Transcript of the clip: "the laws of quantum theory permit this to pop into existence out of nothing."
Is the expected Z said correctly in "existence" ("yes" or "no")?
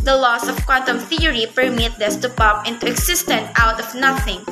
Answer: no